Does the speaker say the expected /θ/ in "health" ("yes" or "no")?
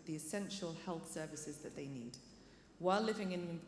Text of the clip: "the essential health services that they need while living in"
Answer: yes